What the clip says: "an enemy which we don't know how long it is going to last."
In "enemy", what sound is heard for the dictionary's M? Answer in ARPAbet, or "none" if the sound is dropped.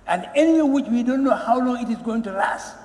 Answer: none